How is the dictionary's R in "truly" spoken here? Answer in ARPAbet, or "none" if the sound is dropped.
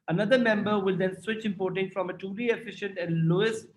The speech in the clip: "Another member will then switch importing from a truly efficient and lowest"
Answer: none